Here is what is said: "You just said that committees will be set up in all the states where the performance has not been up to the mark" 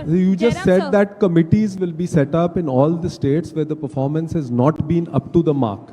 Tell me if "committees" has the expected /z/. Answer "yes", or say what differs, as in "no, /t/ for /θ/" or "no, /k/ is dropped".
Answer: yes